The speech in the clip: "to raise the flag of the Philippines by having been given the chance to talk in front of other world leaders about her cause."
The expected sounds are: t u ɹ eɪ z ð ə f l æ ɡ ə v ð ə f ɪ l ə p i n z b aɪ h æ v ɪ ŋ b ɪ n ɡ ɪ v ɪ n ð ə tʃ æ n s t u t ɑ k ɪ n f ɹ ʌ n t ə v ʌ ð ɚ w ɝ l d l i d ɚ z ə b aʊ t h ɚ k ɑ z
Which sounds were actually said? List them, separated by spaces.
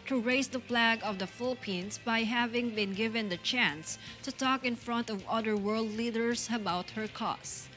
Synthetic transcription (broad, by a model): t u ɹ eɪ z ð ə p l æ ɡ ə v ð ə f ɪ l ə p i n s b aɪ h æ v ɪ ŋ b ɪ n ɡ ɪ v ɪ n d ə tʃ æ n s t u t ɑ k ɪ n f ɹ ʌ n t ə v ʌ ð ɚ w ɝ l d l i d ɚ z ə b aʊ t h ɚ k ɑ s